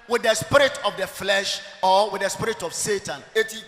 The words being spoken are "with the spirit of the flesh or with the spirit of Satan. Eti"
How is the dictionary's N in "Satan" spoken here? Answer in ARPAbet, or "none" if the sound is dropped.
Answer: N